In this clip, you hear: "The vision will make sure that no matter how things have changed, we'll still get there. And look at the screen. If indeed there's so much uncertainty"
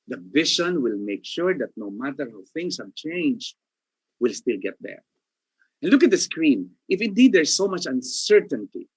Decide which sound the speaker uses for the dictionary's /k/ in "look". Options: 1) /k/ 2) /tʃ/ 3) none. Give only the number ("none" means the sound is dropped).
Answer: 1